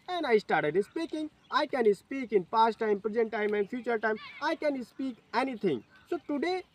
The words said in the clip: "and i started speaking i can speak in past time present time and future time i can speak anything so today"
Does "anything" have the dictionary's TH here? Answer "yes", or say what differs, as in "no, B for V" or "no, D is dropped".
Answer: no, T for TH